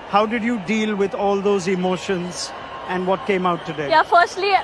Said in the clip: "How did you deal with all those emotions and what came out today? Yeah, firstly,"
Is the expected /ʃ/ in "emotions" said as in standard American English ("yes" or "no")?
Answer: yes